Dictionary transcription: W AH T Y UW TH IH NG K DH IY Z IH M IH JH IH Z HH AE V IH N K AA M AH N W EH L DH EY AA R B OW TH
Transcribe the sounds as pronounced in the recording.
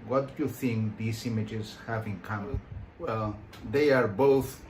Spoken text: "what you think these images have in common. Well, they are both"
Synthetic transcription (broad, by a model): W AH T Y UW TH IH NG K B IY S IH M IH JH IH Z HH AE V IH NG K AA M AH L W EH L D EY AA R B OW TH